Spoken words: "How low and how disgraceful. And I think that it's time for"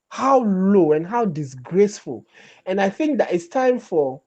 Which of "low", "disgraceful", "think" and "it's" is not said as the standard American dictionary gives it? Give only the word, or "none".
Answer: none